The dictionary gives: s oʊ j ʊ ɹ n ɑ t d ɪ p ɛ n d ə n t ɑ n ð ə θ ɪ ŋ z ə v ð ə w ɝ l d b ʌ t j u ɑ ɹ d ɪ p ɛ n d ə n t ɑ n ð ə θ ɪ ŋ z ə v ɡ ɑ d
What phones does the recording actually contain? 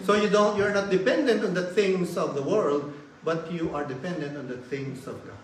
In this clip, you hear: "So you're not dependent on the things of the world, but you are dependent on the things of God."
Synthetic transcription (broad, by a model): s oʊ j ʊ ɹ n ɑ t d ɪ p ɛ n d ə n t ɑ n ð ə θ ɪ ŋ s ə v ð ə w ɝ l d b ʌ t j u ɑ ɹ d ɪ p ɛ n d ə n t ɑ n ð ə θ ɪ ŋ s ə v ɡ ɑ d